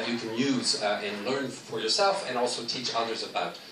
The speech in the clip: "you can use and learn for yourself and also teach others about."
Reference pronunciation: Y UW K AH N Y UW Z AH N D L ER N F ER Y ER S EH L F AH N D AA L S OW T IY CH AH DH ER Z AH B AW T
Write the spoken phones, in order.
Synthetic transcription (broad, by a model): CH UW K AH N Y UW Z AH N L ER N F ER Y ER S EH L F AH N AA L S OW T IY CH AH DH ER Z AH B AW T